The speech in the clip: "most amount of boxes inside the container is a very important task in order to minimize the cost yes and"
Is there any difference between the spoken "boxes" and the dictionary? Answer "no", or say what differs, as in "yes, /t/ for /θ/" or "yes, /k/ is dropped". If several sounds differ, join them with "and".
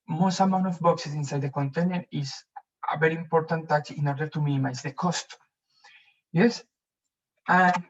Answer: yes, /s/ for /z/